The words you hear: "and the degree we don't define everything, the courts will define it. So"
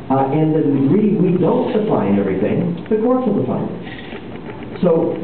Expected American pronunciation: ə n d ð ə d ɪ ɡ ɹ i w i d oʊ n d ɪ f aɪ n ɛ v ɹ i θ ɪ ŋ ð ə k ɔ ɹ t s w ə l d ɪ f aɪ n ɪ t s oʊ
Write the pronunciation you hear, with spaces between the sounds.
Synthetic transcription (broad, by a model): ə n ð ə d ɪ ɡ ɹ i w i d oʊ n d ɪ f aɪ n ɛ v ɹ i θ ɪ ŋ ð ə k ɔ ɹ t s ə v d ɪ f aɪ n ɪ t s oʊ